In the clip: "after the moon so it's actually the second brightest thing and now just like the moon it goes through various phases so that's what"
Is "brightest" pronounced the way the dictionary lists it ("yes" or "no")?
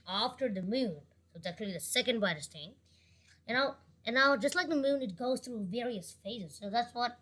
no